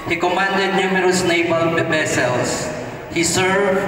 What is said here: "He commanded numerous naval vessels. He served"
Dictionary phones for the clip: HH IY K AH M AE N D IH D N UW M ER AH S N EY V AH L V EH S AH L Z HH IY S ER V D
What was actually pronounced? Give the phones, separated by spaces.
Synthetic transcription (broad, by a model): HH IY K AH M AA N D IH D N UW M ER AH S N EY B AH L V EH S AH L S HH IY S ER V